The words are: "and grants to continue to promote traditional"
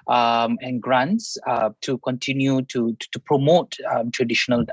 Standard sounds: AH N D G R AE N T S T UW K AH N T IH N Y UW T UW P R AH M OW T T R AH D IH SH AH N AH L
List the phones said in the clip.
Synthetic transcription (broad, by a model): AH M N G R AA N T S T UW K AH N T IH N Y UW T UW P R AH M OW T T R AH D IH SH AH N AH L